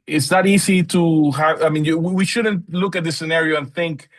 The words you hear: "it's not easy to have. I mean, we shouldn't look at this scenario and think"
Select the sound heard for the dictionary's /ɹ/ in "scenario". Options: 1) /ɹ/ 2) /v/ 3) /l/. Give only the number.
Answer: 1